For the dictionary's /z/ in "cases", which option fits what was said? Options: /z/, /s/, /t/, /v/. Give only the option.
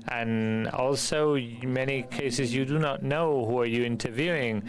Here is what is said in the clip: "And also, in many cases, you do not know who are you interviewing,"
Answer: /z/